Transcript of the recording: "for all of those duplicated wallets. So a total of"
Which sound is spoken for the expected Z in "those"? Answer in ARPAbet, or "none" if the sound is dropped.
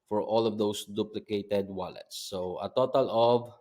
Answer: S